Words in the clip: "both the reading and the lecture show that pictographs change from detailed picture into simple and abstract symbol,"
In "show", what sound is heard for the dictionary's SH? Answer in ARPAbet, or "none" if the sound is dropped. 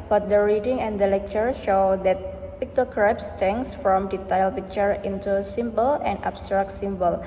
SH